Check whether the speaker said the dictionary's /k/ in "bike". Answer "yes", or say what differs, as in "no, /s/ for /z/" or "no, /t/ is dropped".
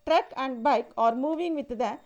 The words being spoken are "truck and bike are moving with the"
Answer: yes